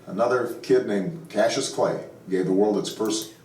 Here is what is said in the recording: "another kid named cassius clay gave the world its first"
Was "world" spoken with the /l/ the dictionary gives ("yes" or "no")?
yes